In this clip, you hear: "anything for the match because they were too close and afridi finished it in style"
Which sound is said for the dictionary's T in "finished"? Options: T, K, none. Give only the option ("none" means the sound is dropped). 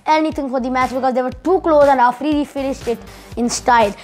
T